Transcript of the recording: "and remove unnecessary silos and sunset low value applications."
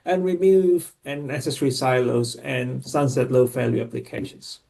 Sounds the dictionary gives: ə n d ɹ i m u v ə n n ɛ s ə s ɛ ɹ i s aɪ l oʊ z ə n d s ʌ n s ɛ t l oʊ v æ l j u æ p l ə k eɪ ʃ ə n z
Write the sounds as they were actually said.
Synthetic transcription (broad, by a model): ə n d ɹ i m u v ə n n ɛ s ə s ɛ ɹ i s aɪ l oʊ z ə n s ʌ n s ɛ t l oʊ f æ l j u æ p l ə k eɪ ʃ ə n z